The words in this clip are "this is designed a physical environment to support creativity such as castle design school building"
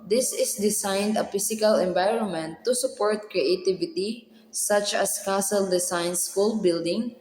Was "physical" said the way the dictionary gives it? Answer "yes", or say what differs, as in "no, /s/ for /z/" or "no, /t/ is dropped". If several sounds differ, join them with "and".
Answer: no, /s/ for /z/